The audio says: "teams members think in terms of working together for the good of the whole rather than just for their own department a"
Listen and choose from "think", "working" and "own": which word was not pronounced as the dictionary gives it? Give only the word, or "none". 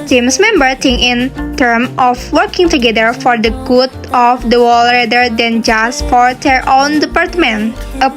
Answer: think